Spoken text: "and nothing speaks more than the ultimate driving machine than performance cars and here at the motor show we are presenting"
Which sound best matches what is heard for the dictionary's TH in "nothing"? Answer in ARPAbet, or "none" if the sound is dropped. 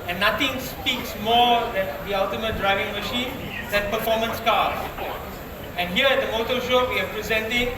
T